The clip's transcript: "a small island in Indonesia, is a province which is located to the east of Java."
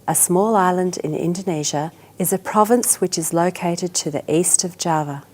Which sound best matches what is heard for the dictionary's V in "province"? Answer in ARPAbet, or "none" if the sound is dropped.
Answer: V